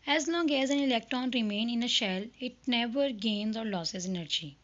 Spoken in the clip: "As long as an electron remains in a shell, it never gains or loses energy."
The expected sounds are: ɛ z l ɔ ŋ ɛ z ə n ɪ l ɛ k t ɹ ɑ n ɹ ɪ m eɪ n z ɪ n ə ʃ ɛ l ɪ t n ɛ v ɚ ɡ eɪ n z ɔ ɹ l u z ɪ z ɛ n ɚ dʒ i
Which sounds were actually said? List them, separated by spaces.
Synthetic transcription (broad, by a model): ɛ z l ɔ ŋ ɛ z ə n ɪ l ɛ k t ɹ ɑ n ɹ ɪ m eɪ n ɪ n ə ʃ ɛ l ɪ t n ɛ v ɚ ɡ eɪ n z ɔ ɹ l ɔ s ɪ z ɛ n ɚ dʒ i